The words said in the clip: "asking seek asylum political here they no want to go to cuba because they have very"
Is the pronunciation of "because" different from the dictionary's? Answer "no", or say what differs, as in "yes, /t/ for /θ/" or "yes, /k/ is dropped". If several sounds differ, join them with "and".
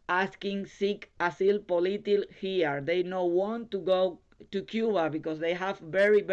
yes, /s/ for /z/